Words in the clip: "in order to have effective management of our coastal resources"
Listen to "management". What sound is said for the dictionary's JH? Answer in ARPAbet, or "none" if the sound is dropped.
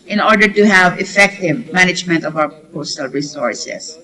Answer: JH